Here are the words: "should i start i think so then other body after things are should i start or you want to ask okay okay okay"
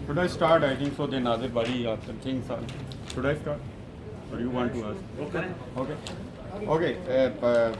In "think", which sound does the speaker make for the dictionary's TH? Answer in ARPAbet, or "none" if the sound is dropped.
T